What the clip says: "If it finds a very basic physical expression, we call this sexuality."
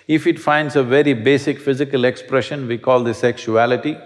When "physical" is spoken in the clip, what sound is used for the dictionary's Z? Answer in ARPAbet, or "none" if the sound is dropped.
Z